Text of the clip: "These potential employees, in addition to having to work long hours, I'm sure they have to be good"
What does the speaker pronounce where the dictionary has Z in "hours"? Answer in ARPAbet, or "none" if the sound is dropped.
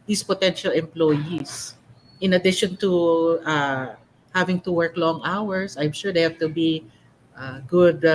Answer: S